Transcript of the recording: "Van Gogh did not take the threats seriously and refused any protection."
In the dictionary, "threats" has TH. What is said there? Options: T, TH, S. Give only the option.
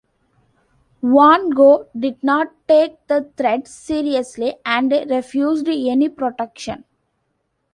T